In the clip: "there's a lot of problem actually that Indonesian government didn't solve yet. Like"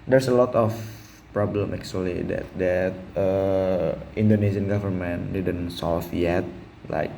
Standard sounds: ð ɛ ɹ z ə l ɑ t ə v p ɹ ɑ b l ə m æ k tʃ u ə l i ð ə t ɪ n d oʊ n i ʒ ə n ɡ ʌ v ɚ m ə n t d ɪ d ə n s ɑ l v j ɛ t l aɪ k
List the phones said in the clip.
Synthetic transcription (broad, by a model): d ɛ ɹ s ə l ɑ t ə f p ɹ ɑ b l ə m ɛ k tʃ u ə l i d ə t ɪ n d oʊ n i s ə n ɡ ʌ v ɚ m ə n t d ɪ d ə n s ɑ l f j ɛ t l aɪ k